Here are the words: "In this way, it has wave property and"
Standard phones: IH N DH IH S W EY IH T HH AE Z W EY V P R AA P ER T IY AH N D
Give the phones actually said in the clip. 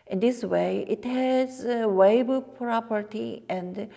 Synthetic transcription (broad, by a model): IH N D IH S W EY IH T HH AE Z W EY B P R AA P ER T IY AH N D